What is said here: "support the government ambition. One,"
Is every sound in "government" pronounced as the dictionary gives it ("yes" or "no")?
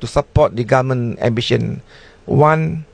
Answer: no